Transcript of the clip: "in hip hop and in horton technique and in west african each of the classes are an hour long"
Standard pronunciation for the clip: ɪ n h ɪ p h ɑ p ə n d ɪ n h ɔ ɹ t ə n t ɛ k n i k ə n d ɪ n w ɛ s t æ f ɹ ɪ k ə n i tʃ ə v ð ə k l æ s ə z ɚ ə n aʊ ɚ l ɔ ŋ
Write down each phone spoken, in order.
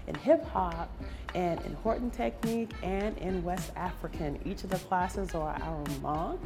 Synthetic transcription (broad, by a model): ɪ n h ɪ p h ɑ p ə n ɪ n h ɔ ɹ t n t ɛ k n i k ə n ɪ n w ɛ s t æ f ɹ ɪ k ə n i tʃ ə v ð ə k l æ s ə z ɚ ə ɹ aʊ ɚ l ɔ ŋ